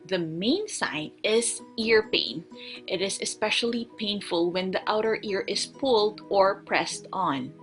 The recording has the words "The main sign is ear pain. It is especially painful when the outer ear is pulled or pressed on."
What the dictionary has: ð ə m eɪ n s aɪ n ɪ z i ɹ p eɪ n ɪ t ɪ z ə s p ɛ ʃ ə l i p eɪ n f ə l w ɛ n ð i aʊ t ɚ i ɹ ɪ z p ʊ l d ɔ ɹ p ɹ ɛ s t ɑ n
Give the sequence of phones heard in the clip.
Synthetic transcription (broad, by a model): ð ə m eɪ n s aɪ n ɪ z i ɹ p eɪ n ɪ t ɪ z ə s p ɛ ʃ ə l i p eɪ n f ə l w ɛ n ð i aʊ t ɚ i ɹ ɪ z p ʊ l d ɔ ɹ p ɹ ɛ s t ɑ n